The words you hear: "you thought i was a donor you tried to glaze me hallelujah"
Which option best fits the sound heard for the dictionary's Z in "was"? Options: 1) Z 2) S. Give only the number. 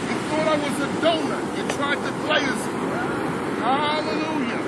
1